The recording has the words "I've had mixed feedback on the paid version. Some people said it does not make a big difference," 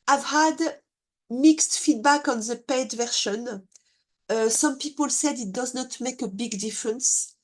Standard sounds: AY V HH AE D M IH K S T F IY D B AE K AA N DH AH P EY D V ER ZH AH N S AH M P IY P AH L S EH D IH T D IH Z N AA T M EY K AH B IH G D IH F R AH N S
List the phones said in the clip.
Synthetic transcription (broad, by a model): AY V HH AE D M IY K S T F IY D B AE K AA N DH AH P EY D V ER SH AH N S AH M P IY P AH L S EH D IH T D IH Z N AA T M EY K AH B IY G D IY F R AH N S